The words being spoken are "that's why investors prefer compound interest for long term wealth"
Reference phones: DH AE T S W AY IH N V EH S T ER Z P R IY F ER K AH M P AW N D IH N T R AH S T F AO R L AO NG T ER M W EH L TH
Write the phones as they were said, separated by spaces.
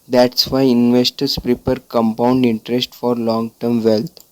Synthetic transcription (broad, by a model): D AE T S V AY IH N V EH S T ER S P R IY P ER K AH M P AW N D IH N T R AH S T F AO R L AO NG T ER M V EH L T